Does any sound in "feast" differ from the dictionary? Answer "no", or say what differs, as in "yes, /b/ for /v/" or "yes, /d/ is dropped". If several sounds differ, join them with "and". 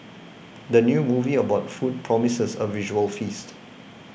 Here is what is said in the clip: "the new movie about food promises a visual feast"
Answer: no